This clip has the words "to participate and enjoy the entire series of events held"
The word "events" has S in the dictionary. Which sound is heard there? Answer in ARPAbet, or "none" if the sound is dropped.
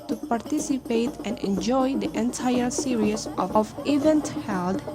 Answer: none